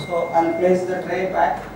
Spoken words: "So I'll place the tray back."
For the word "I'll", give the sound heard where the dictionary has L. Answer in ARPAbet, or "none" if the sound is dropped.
N